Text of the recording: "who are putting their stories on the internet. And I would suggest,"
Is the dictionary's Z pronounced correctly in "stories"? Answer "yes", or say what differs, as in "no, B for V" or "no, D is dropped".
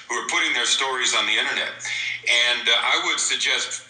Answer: yes